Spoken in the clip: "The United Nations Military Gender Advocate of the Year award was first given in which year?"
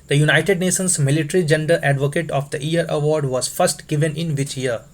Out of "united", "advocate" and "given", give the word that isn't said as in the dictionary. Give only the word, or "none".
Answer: none